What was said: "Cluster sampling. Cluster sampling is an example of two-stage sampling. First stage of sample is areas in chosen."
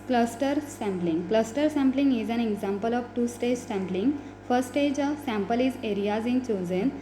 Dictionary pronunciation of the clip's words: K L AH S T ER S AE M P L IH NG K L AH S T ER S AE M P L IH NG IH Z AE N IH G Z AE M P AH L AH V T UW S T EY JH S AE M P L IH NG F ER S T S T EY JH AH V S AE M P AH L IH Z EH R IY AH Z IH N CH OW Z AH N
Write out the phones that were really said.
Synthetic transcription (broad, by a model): K L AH S T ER S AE M P L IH NG K L AH S T ER S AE M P L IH NG IH Z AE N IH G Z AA M P AH L AH V T UW S T EY JH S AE M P L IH NG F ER T S T EY JH AH V S AE M P AH L IH Z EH R IY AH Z IH N CH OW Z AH N